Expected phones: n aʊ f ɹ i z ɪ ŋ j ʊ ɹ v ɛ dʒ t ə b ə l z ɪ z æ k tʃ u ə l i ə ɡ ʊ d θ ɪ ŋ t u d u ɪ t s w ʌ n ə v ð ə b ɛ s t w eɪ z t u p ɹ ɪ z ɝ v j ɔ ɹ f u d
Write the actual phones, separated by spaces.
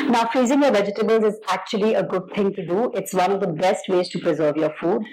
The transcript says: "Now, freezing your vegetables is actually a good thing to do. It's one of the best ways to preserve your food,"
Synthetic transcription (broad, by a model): n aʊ f ɹ i z ɪ ŋ j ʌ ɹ v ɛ dʒ t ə b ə l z ɪ z æ k tʃ u ə l i ə ɡ ʊ d t ɪ ŋ t u d u ɪ t s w ʌ n ə v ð ə b ɛ s t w eɪ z t u p ɹ ɪ z ɝ v j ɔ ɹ f u d